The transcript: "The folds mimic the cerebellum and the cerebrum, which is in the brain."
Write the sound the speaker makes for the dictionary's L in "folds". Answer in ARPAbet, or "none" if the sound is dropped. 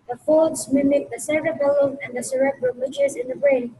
none